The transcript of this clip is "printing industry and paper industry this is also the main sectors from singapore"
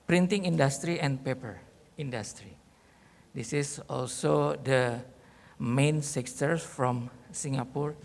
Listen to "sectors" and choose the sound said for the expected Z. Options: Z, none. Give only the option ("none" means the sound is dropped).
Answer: none